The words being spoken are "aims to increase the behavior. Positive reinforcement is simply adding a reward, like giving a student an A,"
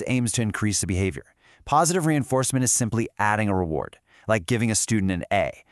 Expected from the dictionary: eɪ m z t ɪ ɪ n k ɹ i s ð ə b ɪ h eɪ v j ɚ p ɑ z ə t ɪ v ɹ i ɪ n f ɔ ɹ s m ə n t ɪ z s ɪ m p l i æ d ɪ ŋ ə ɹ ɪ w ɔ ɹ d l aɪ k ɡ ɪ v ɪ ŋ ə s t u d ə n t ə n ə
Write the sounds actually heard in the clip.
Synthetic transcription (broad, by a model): eɪ m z t ɪ ɪ n k ɹ i s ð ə b ɪ h eɪ v j ɚ p ɑ z ə t ɪ v ɹ i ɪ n f ɔ ɹ s m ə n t ɪ z s ɪ m p l i æ d ɪ ŋ ə ɹ ɪ w ɔ ɹ d l aɪ k ɡ ɪ v ɪ ŋ ə s t u d n t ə n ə